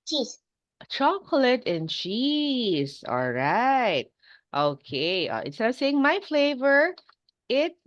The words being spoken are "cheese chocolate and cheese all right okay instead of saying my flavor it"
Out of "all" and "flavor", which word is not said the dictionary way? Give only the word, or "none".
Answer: none